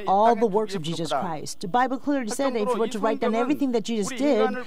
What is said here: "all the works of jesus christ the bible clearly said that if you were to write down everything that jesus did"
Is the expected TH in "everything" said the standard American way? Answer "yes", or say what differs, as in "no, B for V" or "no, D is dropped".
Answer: yes